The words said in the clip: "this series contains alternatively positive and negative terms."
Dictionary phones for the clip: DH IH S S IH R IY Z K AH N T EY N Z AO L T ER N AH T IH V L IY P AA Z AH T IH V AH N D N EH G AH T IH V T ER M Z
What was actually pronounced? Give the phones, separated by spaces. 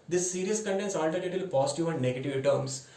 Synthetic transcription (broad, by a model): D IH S S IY R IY S K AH N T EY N S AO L T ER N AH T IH L P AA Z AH T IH V AH N D N EH G AH T IH V T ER M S